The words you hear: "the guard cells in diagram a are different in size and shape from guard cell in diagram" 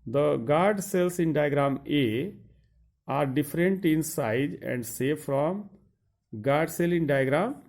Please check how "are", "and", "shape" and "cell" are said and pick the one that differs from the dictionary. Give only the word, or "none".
shape